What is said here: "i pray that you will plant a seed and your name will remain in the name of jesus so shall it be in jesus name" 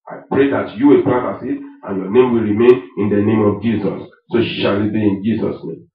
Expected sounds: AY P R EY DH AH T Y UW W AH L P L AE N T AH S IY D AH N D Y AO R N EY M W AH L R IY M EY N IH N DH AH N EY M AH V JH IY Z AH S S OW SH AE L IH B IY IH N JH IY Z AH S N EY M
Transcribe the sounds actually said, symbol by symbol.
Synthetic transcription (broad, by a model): AY P R EY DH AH T Y UW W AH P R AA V AH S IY AH N Y AO N EY M W AH L R IY M EY N IH N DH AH N EY M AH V JH IY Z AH S SH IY SH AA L IH B IY IH N JH IY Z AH S N EY M